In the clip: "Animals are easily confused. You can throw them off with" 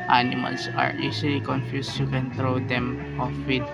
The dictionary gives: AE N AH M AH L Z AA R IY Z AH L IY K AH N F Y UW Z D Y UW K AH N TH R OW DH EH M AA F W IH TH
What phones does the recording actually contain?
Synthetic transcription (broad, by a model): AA N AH M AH L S AA R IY S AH L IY K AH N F Y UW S Y UW K AH N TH R OW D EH M AA F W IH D